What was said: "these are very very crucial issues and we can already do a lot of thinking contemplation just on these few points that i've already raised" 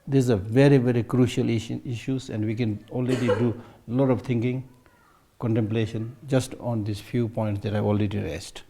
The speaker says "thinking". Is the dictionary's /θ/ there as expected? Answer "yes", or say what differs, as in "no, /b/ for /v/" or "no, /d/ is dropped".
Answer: no, /t/ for /θ/